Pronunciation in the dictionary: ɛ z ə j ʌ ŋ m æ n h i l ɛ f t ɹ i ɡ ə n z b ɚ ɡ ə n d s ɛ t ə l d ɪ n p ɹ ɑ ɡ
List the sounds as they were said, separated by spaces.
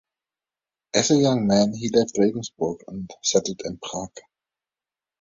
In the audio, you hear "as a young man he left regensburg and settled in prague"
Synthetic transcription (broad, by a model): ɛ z ə j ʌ ŋ m æ n h i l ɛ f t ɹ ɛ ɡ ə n s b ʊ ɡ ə n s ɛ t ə d ɪ n p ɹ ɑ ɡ